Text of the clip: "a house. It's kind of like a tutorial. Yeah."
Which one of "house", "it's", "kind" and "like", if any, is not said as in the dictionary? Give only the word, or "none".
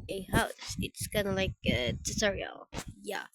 kind